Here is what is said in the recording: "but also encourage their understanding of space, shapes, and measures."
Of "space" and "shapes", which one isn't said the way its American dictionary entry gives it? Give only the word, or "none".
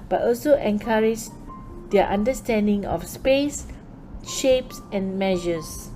none